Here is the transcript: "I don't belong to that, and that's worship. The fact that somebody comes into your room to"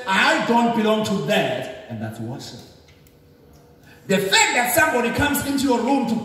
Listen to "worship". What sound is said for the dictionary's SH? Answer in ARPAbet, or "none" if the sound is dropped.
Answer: S